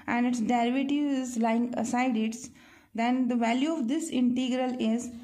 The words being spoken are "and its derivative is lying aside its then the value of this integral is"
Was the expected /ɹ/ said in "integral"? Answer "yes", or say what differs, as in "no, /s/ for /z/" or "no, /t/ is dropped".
yes